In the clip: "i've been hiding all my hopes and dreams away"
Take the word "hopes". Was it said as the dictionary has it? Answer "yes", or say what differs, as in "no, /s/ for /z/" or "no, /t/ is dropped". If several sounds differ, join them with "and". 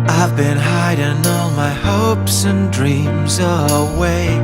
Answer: yes